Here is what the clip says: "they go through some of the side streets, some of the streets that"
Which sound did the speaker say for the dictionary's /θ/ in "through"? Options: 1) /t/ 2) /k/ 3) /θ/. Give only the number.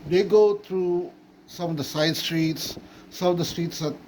1